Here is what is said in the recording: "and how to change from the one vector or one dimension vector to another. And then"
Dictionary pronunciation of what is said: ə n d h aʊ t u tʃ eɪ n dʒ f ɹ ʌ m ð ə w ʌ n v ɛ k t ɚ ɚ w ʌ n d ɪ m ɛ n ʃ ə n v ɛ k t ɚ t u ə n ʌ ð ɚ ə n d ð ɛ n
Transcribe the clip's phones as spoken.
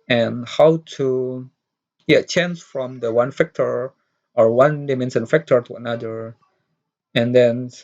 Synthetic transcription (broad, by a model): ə n h aʊ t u tʃ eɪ n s f ɹ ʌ m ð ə w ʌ n f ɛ k t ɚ ɚ w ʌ n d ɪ m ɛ n s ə n f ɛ k t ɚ t u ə n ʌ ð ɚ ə n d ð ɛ n